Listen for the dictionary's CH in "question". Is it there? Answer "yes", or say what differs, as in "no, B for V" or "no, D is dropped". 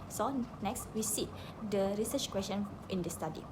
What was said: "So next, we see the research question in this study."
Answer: no, SH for CH